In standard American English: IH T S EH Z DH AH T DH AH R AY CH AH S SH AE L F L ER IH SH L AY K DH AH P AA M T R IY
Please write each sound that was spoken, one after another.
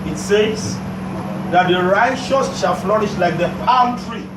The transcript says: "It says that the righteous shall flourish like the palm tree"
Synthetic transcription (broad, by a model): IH T S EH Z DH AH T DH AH R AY SH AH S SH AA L F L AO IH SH L AY K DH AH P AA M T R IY